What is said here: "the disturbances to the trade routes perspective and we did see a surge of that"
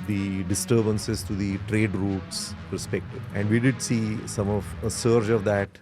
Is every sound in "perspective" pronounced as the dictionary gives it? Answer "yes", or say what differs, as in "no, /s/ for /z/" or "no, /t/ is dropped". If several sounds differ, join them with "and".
no, /v/ is dropped